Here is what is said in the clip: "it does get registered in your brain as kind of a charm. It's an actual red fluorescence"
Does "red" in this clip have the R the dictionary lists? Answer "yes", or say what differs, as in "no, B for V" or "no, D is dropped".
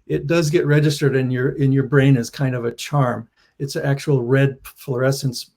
yes